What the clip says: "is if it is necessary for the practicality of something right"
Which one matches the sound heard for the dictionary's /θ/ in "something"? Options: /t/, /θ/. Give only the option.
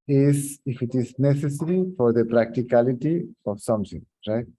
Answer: /t/